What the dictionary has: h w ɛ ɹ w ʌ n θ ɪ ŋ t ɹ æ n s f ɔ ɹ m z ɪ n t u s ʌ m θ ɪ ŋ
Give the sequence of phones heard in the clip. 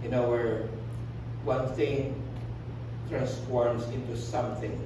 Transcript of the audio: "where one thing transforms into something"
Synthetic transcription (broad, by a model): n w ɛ ɹ w ʌ n θ ɪ ŋ t ɹ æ n s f ɔ ɹ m s ɪ n t u s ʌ m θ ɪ ŋ